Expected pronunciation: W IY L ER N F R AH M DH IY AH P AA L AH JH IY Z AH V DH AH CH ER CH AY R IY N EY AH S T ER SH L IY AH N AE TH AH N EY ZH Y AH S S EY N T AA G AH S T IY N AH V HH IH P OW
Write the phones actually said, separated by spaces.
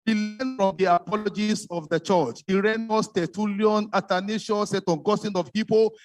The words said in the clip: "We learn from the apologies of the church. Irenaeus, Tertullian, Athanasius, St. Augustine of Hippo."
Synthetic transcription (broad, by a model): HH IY L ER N F R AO M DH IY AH P AA L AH JH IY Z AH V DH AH CH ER CH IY R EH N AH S T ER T L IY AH N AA T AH N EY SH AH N S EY T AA G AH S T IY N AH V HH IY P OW